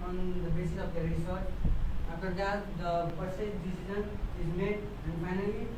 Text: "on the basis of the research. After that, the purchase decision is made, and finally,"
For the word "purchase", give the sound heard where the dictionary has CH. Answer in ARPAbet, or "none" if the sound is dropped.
S